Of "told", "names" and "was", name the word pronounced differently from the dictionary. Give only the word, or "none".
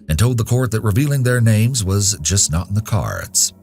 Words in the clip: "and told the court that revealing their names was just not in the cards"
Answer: none